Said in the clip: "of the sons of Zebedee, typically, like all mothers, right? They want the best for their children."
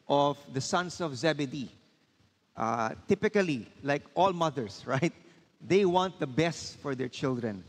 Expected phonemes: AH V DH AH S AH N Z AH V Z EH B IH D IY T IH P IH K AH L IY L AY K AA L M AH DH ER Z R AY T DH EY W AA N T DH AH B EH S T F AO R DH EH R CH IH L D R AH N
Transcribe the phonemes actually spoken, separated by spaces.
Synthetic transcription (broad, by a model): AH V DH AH S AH N S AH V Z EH B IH D IY T IH P IH K AH L IY L AY K AA L M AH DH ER S R AY T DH EY W AA N T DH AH B EH S T F AO R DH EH R CH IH L D R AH N